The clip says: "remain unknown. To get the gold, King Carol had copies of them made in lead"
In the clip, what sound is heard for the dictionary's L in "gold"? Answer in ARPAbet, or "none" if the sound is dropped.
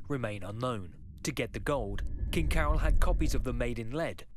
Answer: L